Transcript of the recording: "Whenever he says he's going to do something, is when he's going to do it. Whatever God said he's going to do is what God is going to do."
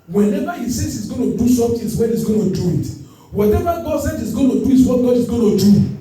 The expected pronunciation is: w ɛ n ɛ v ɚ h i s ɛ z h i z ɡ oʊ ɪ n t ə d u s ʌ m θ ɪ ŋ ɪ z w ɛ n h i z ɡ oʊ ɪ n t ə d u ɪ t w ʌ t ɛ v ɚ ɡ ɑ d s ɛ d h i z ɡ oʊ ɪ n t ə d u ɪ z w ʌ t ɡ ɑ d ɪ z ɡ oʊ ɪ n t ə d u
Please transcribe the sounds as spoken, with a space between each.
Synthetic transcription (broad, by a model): w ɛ n ɛ v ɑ h i s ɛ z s i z ɡ oʊ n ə d u s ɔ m t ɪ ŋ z w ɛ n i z ɡ oʊ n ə d u ɪ t w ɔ t ɛ v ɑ ɡ ɑ d s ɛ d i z ɡ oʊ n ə d u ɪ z w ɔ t ɡ ɑ d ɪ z ɡ oʊ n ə d u